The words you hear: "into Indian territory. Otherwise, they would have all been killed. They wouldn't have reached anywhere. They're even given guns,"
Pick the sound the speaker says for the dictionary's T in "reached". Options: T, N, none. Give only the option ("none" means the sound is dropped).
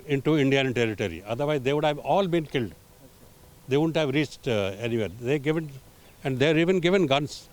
T